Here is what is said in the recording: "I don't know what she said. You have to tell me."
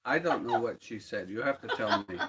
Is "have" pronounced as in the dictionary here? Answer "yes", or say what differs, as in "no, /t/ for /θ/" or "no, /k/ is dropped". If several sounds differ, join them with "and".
no, /f/ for /v/